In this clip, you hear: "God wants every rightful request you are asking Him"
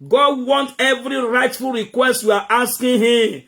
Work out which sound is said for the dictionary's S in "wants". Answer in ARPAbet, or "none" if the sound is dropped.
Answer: none